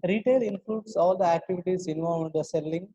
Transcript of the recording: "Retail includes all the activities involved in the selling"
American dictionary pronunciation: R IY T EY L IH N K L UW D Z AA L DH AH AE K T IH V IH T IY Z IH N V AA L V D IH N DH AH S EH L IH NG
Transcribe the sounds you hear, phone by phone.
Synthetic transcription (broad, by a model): R IY T EY L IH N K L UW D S AA L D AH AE K T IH V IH T IY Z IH N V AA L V IH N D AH S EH L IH NG